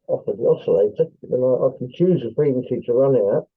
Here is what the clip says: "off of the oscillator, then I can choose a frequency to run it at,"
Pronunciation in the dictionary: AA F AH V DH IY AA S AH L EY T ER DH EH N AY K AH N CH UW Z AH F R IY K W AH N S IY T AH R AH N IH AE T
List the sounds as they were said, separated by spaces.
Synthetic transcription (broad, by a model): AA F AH DH IY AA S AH L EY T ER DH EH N AY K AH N CH UW Z AH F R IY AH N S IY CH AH R AH N IH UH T